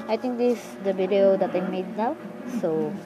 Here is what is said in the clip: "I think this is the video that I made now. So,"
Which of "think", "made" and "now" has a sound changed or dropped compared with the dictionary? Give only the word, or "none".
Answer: think